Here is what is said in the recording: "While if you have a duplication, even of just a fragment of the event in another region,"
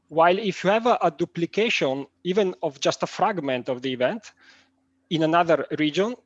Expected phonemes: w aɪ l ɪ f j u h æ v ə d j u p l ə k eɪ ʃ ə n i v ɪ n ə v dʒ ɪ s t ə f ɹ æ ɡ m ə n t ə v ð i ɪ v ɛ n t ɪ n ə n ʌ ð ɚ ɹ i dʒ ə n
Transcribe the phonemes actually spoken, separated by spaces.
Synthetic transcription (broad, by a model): w aɪ l ɪ f j u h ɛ v ə d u p l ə k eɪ ʃ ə n i v ɪ n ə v dʒ ɪ s t ə f ɹ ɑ ɡ m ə n t ə v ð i v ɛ n t ɪ n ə n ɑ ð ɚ ɹ i dʒ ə n